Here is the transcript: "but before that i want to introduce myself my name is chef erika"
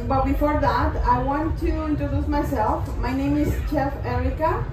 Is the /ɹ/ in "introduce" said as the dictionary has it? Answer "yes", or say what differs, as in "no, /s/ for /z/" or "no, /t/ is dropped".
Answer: yes